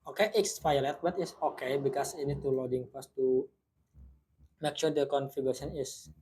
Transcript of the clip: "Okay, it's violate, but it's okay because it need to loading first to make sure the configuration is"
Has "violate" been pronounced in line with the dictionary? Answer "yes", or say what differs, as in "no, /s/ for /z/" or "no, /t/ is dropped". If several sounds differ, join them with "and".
no, /f/ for /v/